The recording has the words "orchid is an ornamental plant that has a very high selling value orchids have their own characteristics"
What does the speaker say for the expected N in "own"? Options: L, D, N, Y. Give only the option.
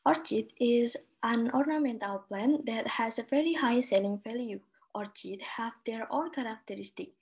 L